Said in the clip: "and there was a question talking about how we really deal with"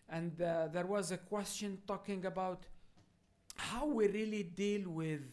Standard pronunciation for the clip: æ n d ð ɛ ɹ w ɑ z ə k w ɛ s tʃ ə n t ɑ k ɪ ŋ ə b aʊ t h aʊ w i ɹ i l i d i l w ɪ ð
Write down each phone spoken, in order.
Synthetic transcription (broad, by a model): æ n d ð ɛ ɹ w ɑ z ə k w ɛ s tʃ ə n t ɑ k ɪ ŋ ə b aʊ t h aʊ w i ɹ i l i d i l w ɪ ð